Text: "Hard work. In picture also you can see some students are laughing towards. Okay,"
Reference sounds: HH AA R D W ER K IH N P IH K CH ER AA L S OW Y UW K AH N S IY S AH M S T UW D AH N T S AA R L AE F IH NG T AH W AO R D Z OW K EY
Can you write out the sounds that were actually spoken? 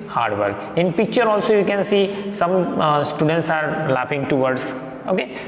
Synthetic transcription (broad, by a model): HH AA R D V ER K IH N P IH K CH ER AA L S OW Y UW K AH N S IY S AH M S T UW D AH N T S AA R L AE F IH NG T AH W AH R D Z OW K EY